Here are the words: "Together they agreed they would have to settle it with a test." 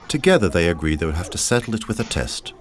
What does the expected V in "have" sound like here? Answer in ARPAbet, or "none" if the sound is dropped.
F